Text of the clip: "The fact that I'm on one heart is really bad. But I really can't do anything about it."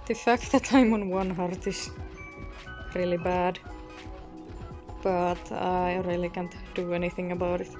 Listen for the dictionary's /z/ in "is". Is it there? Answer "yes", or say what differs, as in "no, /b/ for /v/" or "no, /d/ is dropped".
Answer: no, /s/ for /z/